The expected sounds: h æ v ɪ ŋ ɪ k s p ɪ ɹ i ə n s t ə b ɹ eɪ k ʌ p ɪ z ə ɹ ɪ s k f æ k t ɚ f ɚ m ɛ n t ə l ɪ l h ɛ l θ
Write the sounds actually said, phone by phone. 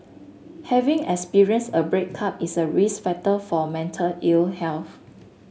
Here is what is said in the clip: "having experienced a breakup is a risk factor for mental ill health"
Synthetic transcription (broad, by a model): h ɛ v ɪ ŋ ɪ k s p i ɹ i ə n s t ə b ɹ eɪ k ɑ p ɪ s ə ɹ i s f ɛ t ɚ f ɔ m ɛ n t ə l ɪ l h ɛ l θ